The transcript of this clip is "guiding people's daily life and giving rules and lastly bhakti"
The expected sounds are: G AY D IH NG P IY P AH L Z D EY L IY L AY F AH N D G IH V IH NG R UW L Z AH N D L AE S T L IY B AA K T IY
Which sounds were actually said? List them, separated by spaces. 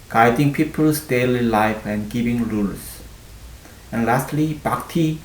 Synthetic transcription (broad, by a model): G AY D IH NG P IY P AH L S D EY L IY L AY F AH N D G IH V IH NG R UW L S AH N L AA S T L IY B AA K T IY